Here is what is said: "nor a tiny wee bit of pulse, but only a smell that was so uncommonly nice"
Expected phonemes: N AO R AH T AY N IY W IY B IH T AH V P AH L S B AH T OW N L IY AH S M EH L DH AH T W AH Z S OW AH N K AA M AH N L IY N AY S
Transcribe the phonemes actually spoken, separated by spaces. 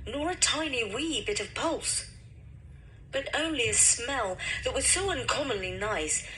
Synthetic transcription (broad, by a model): N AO R AH T AY N IY W IY B IH T AH V P AH L S B AH T OW N L IY AH S M EH L DH AH T W AH Z S OW AH N K AA M AH N L IY N AY S